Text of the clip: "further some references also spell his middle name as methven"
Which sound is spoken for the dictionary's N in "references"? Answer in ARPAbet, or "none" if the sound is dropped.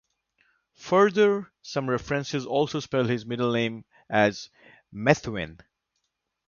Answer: N